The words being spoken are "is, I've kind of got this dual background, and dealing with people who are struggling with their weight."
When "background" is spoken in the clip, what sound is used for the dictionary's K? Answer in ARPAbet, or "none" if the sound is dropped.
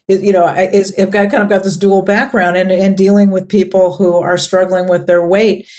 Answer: K